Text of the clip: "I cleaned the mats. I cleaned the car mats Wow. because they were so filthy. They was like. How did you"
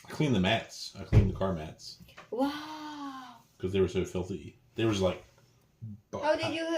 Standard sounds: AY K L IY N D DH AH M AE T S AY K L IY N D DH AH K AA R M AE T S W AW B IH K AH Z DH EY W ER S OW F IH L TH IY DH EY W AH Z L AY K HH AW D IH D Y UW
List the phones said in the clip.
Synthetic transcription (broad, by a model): AY K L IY N DH AH M AE T S AY K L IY N DH AH K AA R M AE T S W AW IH K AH Z DH EY W ER S OW F IH L TH IY DH EY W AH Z L AY K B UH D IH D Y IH